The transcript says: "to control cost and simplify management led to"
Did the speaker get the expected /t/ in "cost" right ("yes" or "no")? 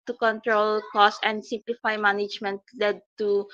no